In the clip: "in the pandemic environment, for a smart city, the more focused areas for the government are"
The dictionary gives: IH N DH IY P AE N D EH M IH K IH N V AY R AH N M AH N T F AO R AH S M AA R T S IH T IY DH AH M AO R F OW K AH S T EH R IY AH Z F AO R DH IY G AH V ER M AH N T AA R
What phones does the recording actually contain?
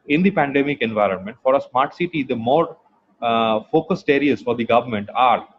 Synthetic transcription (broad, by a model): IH N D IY P AE N D EH M IH K IH N V AY R AH N M AH N T F AO R AH S M AA R T S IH T IY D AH M AO R F OW K AH S T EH R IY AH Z F AO R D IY G AH V ER M AH N T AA R